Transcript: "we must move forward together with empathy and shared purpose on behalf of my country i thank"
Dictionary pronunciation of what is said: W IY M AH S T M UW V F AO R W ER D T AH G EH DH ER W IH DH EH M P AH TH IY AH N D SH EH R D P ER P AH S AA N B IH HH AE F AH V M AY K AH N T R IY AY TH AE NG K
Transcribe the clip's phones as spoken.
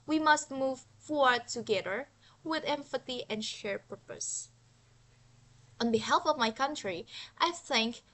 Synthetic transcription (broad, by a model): W IY M AH S T M UW V F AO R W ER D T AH G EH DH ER W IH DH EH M F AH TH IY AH N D SH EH R P ER P AH S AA N B IH HH AE F AH V M AY K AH N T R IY AY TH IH NG K